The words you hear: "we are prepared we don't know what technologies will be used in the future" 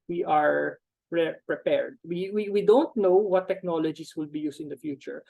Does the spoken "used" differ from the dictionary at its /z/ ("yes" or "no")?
yes